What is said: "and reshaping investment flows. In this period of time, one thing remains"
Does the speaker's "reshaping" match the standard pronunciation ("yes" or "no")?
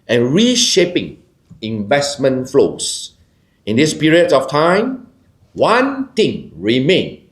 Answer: yes